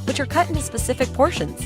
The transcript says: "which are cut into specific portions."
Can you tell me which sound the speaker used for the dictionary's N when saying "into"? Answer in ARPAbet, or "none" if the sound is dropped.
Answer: N